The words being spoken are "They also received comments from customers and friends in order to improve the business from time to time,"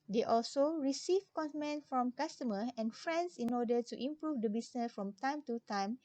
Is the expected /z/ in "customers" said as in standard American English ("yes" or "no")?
no